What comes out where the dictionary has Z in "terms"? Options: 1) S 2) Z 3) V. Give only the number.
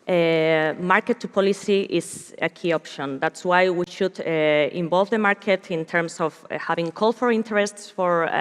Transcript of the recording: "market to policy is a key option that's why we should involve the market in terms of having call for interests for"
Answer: 1